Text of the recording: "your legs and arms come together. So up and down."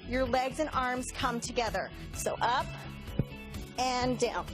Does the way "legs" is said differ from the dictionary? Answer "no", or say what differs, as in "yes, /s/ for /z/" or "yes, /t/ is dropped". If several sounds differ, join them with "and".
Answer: no